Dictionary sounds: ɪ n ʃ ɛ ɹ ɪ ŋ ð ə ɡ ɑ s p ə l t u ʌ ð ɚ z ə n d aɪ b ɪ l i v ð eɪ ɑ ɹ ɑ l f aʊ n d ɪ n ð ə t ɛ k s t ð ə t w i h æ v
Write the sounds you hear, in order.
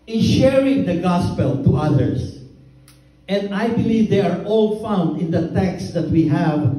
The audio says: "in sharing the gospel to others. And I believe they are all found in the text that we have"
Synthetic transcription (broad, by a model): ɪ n ʃ ɛ ɹ ɪ ŋ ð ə ɡ ɑ s p ə l t u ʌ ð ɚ s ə n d aɪ b ɪ l i v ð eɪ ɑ ɹ ɑ l f aʊ n d ɪ n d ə t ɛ k s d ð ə t w i h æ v